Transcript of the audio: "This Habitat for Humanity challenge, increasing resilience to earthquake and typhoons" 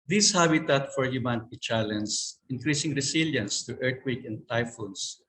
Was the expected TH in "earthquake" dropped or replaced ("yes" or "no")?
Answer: yes